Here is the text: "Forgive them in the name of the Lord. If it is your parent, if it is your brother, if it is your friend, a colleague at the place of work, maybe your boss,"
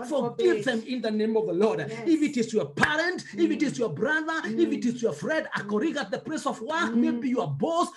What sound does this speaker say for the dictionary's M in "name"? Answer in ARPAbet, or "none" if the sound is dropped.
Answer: M